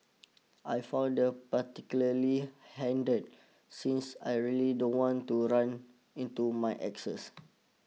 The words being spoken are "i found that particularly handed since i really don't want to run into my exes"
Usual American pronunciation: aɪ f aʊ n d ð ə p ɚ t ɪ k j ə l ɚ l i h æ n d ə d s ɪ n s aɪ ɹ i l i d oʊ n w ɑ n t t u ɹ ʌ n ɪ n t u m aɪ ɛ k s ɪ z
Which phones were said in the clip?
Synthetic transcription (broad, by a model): aɪ f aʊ d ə p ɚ t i k j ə l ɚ l i h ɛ n d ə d s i n s aɪ ɹ i l i d oʊ n w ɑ n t t u ɹ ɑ n ɪ n t u m aɪ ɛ k s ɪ s